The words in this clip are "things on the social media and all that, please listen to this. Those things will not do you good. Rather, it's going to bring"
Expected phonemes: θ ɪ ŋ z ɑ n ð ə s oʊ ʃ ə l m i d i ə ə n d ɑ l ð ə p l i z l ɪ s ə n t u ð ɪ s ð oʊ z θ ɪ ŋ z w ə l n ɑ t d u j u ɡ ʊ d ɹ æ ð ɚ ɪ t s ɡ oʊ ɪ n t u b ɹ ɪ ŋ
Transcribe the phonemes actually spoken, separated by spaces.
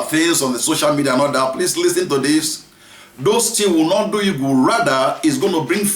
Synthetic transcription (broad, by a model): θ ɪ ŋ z ɑ n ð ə s oʊ ʃ ə l m i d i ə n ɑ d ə p l i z l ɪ s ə n t u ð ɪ s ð oʊ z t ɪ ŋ w ə l n ɑ t d u j u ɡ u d ɹ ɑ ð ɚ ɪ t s ɡ oʊ ɪ n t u b ɹ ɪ ŋ